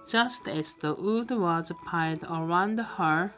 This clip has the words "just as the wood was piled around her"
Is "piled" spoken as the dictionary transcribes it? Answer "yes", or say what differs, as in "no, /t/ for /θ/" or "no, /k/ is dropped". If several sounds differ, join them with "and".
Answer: no, /l/ is dropped